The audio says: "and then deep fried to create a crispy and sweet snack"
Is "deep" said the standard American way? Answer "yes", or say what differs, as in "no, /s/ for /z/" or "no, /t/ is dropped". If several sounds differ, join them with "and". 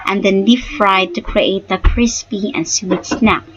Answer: no, /f/ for /p/